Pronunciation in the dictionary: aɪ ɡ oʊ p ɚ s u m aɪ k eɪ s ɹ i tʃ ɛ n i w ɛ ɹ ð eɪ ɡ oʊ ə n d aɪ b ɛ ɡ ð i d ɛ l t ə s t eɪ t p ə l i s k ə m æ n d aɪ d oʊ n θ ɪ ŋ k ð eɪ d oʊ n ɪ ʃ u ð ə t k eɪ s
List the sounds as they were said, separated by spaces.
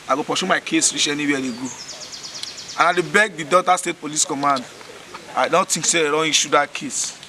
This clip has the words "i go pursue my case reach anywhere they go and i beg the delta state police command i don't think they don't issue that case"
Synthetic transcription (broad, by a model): aɪ ɡ oʊ p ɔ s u m aɪ k eɪ s ɹ i tʃ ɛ n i w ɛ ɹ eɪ ɡ oʊ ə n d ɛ b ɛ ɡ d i d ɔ t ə s t eɪ t p ə l i s k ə m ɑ n d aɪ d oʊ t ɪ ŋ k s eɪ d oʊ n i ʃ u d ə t k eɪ s